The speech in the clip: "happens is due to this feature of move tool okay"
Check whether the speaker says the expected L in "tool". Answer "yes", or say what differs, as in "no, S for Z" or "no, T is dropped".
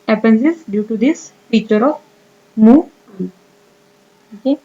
no, N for L